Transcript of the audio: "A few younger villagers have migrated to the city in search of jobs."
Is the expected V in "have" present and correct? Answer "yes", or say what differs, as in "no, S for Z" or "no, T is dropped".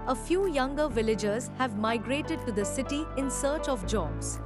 yes